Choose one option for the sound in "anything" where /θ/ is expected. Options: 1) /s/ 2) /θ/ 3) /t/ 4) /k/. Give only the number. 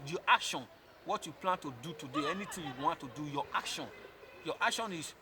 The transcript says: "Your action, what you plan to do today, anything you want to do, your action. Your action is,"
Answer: 3